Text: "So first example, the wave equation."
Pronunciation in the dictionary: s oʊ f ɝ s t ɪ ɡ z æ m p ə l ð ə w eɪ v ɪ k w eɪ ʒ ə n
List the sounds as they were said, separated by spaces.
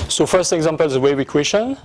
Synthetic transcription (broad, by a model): s oʊ f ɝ s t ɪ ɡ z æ m p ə l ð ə w eɪ w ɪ k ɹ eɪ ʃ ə n